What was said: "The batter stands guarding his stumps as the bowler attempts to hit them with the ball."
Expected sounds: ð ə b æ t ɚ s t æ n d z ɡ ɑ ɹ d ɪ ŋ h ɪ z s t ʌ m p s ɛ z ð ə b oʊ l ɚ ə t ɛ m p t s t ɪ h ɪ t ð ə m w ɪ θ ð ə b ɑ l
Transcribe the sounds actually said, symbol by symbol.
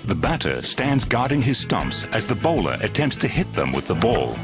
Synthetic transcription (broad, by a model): ð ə b æ t ɚ s t æ n d z ɡ ɑ ɹ d ɪ ŋ ɪ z s t ʌ m p s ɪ z ð ə b oʊ l ɚ ə t ɛ m p t s t ɪ h ɪ t ð ə m w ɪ ð ə b ɑ l